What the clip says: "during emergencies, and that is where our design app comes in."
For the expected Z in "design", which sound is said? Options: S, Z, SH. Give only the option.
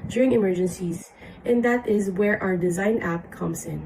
Z